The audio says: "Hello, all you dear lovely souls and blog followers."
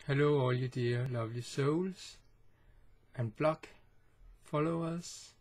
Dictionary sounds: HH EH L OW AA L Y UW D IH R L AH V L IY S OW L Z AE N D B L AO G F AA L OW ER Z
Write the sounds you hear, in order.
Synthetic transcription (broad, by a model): HH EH L OW AA L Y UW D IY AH L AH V L IY S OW L S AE N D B L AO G F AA L OW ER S